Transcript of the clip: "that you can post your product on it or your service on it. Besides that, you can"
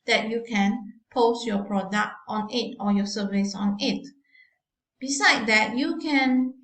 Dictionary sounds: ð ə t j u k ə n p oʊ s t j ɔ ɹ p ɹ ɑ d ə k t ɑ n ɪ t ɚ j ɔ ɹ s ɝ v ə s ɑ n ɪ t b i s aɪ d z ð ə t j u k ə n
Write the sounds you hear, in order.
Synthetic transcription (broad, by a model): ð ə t j u k ə n p oʊ s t j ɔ p ɹ ɑ d ə k t ɑ n ɪ t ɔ j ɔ s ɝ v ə s ɑ n ɪ t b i s aɪ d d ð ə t j u k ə n